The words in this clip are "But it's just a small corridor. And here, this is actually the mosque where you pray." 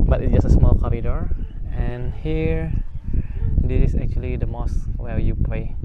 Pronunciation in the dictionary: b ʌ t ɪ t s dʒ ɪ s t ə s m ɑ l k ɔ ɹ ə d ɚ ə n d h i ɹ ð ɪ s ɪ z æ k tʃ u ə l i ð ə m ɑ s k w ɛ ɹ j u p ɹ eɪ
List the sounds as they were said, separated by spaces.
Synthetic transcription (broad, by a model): b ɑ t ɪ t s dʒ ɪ s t ə s m ɑ l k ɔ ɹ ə d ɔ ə n h i ɹ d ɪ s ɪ s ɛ k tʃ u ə l i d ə m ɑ s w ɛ l j u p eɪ